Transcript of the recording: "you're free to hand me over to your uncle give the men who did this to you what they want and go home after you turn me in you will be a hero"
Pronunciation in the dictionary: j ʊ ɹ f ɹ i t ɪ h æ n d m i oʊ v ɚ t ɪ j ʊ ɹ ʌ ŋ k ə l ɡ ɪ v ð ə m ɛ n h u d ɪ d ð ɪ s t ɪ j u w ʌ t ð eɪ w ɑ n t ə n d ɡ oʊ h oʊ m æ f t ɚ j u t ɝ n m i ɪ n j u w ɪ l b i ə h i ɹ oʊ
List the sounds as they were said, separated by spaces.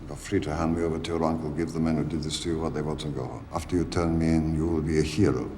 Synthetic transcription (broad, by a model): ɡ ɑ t f ɹ i t ɪ h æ n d m i oʊ v ɚ t ɪ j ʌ ɹ ʌ ŋ k ə l ɡ ɪ v ð ə m ɛ n h u d ɪ d ð ɪ s t ɪ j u w ʌ t ð eɪ w ɑ n t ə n ɡ oʊ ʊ æ f t ɚ j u t ɝ n m i ɪ n j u w ɪ l b i ə h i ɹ oʊ